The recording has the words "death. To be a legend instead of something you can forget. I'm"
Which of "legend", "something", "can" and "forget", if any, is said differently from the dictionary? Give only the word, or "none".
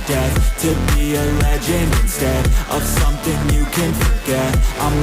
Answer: legend